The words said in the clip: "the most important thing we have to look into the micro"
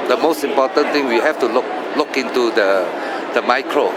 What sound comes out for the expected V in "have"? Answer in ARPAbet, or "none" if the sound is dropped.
F